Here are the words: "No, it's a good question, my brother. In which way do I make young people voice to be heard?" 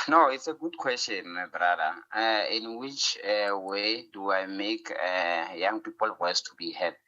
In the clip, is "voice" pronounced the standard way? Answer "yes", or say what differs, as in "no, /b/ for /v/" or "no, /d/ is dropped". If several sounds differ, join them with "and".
no, /w/ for /v/